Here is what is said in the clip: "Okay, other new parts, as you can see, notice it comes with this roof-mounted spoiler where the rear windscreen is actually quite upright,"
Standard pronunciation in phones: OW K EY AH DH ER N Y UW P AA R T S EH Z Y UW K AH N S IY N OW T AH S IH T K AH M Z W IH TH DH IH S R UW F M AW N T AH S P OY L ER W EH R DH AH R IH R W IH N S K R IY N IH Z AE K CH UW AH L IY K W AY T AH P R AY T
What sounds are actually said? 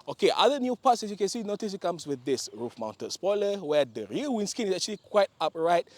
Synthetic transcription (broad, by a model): OW K EY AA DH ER N Y UW P AA T S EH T Y UW K AH N S IY N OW T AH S IH T K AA M S W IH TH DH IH S R UW F M AW N T AH S P OY L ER W EH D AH R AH L W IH N S K IY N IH S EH K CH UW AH L IY K W AY T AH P R AY T